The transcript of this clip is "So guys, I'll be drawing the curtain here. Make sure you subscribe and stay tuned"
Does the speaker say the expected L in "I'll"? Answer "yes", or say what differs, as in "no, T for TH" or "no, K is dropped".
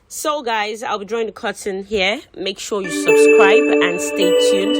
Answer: yes